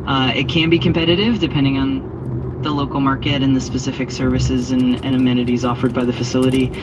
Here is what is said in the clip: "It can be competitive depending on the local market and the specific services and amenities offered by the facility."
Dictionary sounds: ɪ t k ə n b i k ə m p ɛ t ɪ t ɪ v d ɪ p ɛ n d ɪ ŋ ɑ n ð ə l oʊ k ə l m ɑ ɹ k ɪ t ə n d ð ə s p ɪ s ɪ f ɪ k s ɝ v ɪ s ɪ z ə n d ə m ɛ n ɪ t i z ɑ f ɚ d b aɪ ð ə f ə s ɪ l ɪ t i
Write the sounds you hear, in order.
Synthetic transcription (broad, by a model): ɪ t k ə n b i k ə m p ɛ t ɪ t ɪ v d ɪ p ɛ n d ɪ ŋ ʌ n ð ə l oʊ k l m ɑ ɹ k ɪ t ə n ð ə s p ɪ s ɪ f ɪ k s ɝ v ɪ s ɪ z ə n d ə m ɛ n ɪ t i z ɑ f ɚ d b aɪ ð ə f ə s ɪ l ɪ t i